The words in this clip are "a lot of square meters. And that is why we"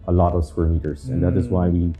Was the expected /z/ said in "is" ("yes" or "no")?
yes